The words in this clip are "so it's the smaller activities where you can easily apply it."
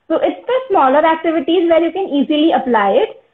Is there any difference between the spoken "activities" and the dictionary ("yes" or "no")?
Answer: no